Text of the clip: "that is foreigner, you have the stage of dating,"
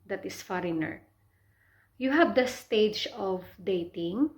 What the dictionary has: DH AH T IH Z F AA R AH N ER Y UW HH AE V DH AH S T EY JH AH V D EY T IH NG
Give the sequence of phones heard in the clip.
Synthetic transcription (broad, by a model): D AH T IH S F AA R AH N ER Y UW HH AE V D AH S T EY JH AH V D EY T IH NG